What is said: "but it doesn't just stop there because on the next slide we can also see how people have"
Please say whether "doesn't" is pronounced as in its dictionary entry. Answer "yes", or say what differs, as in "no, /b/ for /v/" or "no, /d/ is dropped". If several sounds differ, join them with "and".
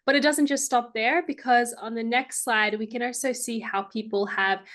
yes